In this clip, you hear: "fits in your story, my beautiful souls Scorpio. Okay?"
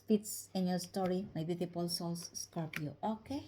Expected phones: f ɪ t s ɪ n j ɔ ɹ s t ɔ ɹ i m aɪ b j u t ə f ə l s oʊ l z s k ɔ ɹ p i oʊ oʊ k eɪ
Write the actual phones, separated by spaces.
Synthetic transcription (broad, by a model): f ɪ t s ɪ n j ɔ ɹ s t ɔ ɹ i m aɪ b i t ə p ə l s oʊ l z s k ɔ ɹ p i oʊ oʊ k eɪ